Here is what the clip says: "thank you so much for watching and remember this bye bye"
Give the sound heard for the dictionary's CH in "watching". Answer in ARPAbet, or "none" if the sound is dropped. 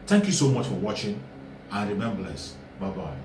CH